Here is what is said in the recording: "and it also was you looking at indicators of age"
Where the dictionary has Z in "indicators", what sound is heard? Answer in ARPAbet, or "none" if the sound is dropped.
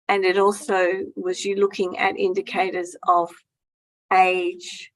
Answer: Z